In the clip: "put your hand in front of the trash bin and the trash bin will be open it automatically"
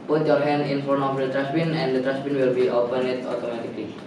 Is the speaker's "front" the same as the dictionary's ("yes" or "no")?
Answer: no